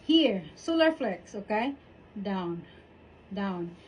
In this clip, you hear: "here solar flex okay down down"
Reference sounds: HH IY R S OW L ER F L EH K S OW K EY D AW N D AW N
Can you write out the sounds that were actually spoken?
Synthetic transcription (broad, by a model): HH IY R S OW L ER F L EH K S OW K EY D AW N D AW N